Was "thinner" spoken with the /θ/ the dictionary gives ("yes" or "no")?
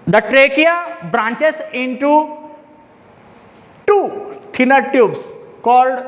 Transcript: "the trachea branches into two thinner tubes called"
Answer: no